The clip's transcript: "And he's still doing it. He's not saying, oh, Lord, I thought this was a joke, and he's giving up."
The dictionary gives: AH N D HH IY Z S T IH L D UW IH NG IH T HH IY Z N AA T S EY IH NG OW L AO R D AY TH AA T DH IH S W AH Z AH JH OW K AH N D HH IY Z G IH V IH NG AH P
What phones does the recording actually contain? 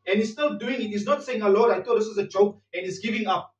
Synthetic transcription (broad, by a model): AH N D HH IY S T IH L D UW IH NG IH T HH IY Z N AA T S EY IH NG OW L AO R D AY T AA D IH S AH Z AH JH OW K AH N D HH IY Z G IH V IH NG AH P